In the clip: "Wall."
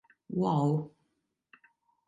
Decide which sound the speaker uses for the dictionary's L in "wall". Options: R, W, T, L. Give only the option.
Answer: W